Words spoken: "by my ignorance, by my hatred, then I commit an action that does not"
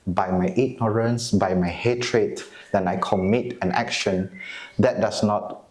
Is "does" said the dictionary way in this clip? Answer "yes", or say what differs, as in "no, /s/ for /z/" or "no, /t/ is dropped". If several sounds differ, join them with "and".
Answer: no, /s/ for /z/